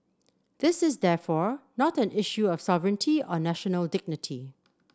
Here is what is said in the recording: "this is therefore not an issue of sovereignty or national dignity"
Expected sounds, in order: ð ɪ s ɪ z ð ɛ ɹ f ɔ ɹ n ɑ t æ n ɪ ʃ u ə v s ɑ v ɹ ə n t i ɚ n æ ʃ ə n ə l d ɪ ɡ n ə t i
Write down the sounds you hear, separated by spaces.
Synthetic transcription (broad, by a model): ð ɪ s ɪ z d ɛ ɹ f ɔ ɹ n ɑ t æ n ɪ ʃ u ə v s ɑ v ɹ ə n t i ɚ n æ ʃ ə n ə l d ɪ ɡ n ə t i